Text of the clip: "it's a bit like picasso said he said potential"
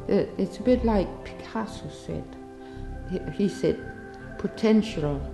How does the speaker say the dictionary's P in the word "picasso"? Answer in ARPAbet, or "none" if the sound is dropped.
P